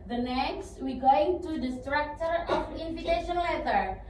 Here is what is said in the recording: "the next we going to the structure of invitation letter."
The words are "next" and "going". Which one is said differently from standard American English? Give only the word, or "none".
none